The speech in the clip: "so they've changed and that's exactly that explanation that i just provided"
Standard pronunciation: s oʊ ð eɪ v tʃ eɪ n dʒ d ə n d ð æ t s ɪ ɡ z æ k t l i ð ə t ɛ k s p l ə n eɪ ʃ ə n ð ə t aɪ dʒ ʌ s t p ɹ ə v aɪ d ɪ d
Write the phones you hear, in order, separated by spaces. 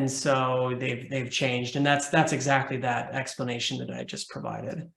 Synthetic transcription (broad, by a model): s oʊ ð eɪ v tʃ eɪ n dʒ d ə n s ð æ t s ɪ ɡ z æ k t l i ð ə t ɛ k s p l ə n eɪ ʃ ə n ð ə t aɪ dʒ ʌ s p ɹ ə v aɪ d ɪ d